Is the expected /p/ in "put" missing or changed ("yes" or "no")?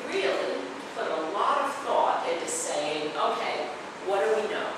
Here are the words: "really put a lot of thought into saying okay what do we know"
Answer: yes